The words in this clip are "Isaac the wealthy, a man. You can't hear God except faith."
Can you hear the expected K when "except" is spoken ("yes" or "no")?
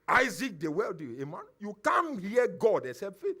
no